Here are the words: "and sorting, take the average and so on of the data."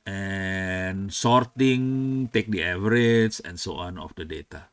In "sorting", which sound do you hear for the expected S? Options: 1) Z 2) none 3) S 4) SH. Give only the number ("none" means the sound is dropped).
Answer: 3